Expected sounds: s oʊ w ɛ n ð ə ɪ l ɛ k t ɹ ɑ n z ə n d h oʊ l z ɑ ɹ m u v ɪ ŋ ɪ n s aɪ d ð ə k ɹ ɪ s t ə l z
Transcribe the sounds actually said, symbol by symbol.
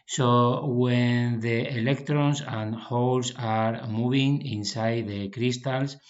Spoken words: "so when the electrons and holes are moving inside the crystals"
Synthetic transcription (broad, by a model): s oʊ w ɛ n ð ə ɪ l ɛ k t ɹ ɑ n s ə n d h oʊ l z ɑ ɹ m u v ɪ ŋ ɪ n s aɪ d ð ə k ɹ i s t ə l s